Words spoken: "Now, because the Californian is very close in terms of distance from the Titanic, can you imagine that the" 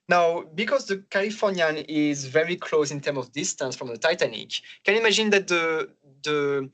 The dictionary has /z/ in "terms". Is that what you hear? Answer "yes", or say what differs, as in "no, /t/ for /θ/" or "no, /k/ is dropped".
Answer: no, /z/ is dropped